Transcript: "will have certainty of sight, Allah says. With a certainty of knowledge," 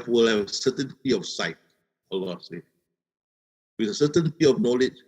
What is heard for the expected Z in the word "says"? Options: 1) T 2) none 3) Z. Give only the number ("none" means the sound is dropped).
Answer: 2